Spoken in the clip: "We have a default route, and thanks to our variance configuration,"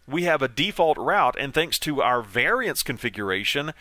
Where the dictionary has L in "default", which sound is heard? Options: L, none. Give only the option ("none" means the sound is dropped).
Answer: L